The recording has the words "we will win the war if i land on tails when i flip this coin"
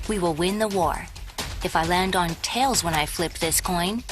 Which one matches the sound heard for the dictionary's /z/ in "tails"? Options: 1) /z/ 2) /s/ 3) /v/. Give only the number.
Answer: 1